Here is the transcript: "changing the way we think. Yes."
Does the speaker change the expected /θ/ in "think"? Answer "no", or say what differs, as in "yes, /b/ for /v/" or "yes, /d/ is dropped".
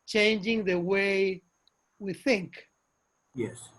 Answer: no